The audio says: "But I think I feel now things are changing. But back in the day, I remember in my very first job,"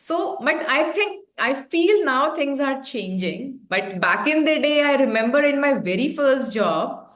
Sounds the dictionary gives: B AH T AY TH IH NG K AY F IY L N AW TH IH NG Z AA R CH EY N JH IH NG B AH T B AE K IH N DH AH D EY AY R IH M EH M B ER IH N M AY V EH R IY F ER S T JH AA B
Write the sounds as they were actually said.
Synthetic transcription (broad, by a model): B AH T AY T IH NG K AY F IY L N AW T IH NG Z AA R CH EY N JH IH NG B AH T B AE K IH N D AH D EY AY R IH M EH M B ER IH N M AY V EH R IY F ER S T JH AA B